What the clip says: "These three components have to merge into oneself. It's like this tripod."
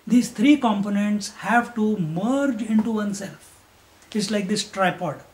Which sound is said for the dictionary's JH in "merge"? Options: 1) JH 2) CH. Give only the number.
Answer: 1